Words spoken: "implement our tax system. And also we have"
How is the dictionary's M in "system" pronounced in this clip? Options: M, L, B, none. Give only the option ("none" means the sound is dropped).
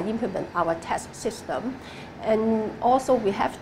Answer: M